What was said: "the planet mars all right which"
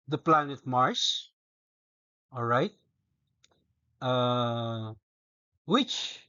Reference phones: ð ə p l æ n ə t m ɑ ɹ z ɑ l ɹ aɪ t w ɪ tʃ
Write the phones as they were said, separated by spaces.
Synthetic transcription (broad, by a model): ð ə p l æ n ə t m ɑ ɹ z ɑ l ɹ aɪ t w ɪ tʃ